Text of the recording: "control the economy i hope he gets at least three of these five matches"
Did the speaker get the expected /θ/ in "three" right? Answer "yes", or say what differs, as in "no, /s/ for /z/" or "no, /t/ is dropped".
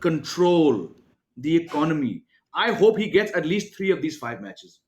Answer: no, /t/ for /θ/